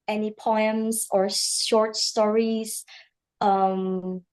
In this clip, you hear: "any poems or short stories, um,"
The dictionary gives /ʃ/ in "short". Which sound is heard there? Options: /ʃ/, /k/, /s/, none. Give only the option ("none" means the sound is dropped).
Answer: /ʃ/